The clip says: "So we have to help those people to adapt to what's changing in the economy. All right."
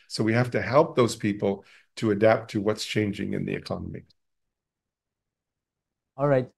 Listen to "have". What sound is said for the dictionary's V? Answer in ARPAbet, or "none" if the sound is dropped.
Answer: F